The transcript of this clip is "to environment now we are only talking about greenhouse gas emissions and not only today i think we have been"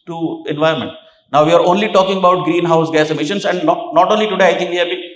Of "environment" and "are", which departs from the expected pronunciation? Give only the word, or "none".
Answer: environment